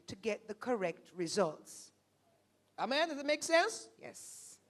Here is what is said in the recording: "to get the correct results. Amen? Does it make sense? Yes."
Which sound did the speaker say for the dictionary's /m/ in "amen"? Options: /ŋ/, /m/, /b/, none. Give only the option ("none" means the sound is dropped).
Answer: /m/